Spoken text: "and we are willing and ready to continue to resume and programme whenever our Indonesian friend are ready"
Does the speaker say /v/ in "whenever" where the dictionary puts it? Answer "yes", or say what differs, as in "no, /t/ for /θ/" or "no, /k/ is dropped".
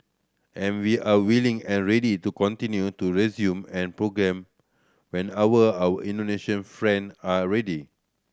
no, /w/ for /v/